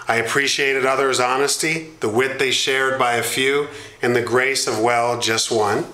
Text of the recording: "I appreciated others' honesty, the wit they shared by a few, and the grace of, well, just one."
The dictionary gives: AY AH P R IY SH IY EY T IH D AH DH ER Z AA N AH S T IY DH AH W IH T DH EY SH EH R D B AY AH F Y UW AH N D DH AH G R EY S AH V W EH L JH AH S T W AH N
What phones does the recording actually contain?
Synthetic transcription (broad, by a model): AY AH P R IY SH IY EY T IH D AH DH ER Z AA N AH S T IY DH AH W IH T DH EY SH EH R D B AY AH F Y UW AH N DH AH G R EY S AH V W EH L JH AH S T W AH N